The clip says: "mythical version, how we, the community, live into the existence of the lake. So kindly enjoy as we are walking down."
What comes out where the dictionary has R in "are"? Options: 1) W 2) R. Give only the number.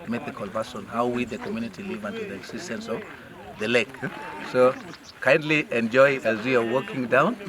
2